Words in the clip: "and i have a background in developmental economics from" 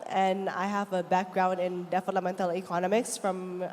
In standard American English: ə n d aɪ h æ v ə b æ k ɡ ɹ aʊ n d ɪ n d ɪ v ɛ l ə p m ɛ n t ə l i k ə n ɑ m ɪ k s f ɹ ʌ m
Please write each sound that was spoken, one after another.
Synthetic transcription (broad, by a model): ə n aɪ h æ v ə b æ k ɡ ɹ aʊ n d ɪ n d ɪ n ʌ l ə m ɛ n t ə l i k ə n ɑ m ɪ k s f ɹ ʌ m